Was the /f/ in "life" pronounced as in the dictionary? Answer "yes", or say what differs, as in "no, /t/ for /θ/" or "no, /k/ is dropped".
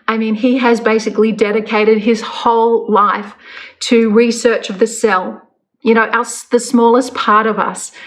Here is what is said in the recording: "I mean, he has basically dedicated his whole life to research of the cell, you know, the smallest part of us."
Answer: yes